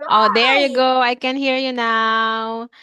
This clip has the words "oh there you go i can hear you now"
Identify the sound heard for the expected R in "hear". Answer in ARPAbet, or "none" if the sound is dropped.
R